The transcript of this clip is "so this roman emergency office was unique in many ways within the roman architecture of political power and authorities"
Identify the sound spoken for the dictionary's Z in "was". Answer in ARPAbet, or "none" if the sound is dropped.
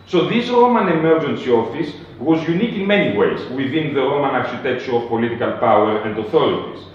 Z